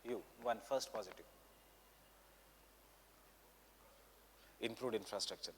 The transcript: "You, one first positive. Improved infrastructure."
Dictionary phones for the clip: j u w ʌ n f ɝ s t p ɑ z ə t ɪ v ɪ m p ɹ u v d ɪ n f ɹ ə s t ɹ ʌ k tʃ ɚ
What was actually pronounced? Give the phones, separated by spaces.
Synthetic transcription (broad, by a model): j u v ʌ n f ɝ s t p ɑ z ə t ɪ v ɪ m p ɹ u d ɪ n f ɹ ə s t ɹ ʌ k tʃ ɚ